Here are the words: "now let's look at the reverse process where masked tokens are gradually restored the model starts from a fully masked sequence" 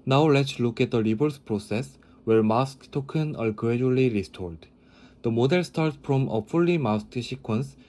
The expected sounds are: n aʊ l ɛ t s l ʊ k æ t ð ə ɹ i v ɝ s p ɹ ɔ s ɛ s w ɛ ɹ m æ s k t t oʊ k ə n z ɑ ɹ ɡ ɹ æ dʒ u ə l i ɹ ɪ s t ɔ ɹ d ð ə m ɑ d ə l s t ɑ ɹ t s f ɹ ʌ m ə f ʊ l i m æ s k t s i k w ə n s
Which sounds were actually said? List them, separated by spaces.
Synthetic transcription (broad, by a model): n aʊ l ɛ t s l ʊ k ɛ t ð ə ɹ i b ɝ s p ɹ ɔ s ɛ s w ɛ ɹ m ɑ s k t t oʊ k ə n ɑ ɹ ɡ ɹ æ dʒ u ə l i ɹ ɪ s t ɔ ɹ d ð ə m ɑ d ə l s t ɑ ɹ t s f ɹ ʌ m ə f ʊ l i m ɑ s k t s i k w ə n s